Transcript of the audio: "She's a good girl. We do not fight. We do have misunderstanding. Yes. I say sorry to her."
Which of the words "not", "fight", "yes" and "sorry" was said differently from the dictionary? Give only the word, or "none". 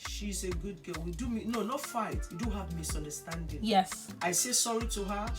none